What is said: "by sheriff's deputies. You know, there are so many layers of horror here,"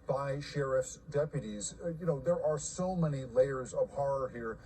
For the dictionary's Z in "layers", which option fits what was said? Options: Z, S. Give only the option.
Z